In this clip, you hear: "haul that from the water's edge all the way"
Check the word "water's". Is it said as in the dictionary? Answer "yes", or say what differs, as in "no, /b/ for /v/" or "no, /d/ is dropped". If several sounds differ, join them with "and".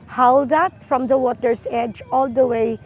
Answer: no, /s/ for /z/